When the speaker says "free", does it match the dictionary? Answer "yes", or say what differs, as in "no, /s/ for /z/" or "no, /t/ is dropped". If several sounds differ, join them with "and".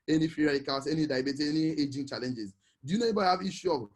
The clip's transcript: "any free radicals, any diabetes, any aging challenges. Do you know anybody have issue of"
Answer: no, /ɹ/ is dropped